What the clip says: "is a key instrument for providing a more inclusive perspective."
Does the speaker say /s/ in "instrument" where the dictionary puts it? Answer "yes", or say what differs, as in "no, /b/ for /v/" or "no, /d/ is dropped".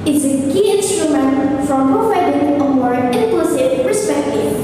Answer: yes